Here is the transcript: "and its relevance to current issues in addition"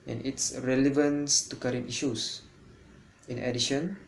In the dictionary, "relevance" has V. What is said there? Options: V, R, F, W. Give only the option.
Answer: V